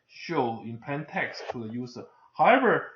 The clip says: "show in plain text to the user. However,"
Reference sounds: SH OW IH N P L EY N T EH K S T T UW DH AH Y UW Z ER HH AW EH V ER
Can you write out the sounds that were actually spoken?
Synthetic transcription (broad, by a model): SH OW IH N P EY N T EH K S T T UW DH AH Y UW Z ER HH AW EH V ER